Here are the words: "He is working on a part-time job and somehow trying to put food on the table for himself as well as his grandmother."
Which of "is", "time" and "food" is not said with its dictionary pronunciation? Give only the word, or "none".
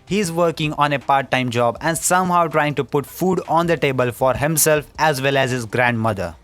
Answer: none